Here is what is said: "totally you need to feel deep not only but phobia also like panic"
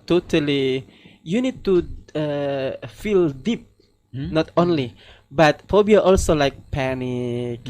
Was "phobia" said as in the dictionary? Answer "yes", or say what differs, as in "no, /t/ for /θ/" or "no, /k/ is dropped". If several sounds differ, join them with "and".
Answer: no, /p/ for /f/